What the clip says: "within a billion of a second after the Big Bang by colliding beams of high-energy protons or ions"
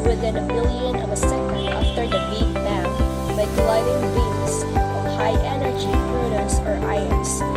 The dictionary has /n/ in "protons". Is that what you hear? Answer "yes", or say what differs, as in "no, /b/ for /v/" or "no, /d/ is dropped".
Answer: no, /n/ is dropped